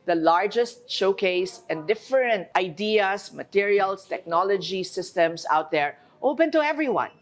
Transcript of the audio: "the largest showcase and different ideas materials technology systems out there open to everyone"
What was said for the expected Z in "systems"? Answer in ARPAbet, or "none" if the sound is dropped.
S